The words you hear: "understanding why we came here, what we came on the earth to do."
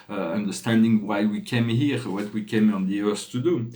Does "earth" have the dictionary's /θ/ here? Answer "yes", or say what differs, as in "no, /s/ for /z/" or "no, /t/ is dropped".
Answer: no, /s/ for /θ/